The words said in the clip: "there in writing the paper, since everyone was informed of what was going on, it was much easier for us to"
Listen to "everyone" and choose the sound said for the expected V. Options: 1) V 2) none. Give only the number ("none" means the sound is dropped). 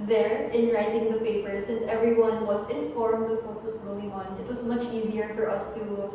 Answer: 1